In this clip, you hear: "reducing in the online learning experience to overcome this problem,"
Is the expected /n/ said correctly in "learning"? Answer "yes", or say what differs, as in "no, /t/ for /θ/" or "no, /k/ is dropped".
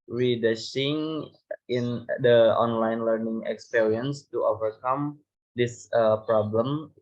yes